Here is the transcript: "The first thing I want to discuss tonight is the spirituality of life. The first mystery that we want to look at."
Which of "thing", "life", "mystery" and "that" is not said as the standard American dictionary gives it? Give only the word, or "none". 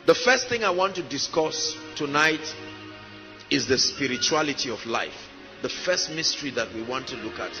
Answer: none